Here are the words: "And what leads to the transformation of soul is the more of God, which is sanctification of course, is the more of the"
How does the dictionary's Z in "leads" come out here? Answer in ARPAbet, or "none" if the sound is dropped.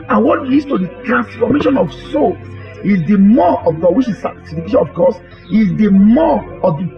none